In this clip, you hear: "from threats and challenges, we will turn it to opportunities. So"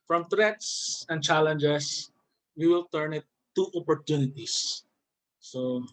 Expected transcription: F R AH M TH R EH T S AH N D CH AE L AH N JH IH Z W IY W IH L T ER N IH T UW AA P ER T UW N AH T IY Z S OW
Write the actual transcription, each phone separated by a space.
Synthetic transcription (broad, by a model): F R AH M T R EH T S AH N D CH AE L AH N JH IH S W IY W IH L T ER N IH T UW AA P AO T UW N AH T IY S OW